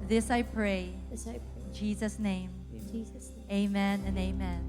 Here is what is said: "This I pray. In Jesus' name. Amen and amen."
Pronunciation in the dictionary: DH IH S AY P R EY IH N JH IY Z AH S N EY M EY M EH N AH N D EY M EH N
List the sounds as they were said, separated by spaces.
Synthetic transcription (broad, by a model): DH IH S AY P R EY IH N JH IY Z AH S N EY M EY M EH N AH N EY M EH N